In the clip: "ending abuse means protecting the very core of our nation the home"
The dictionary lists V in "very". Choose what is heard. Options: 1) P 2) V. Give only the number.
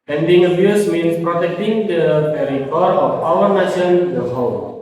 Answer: 1